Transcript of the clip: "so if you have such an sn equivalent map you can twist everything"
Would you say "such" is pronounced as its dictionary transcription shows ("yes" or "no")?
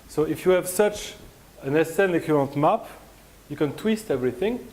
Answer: yes